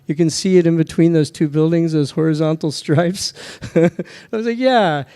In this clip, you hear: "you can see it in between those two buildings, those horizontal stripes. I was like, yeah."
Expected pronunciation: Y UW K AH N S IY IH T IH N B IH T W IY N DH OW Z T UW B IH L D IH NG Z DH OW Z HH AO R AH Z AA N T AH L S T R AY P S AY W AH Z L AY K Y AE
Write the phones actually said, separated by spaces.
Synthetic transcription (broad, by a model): Y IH K AH N S IY IH T IH N B IH T W IY N DH OW Z T UW B IH L D IH NG Z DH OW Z HH AO R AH Z AA N T L S T R AY P S AY W AH Z L AY K Y AE